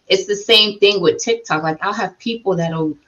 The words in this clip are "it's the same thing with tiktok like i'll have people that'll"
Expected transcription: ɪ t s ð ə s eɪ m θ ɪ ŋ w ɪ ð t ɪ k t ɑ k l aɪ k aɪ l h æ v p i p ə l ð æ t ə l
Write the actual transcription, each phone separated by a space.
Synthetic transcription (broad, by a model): ɪ t s ð ə s eɪ m θ ɪ ŋ w ɪ ð t ɪ k t ɑ k l aɪ k aɪ l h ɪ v p i p l ð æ t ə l